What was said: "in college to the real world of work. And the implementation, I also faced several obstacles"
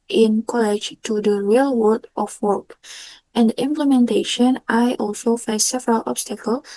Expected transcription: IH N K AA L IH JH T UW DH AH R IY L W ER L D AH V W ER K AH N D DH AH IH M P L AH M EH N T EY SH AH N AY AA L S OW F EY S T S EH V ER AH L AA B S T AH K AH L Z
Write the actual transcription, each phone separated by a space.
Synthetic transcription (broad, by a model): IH N K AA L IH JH T UW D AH R IY L W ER D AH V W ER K AH N D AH IH M P L AH M EH N T EY SH AH N AY AA L S OW F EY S S EH V ER AH L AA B S T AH K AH L